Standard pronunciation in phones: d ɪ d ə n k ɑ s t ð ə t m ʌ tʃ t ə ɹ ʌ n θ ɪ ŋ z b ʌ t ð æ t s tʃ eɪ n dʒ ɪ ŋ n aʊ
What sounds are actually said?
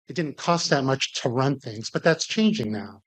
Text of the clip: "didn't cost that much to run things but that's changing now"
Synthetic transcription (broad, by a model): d ɪ d n k ɑ s t ð ə t m ʌ tʃ t ə ɹ ʌ n θ ɪ ŋ z b ʌ t ð æ t s tʃ eɪ n dʒ ɪ ŋ n aʊ